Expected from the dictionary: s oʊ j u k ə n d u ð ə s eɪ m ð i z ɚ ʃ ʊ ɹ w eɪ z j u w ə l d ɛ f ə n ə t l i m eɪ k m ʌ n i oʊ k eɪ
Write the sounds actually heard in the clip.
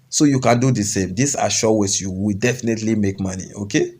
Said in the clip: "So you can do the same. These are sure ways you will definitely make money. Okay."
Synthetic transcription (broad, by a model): s oʊ j u k ə n d u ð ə s eɪ m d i s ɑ ʃ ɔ w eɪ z j u w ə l d ɛ f ə n ə t l i m eɪ k m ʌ n i oʊ k eɪ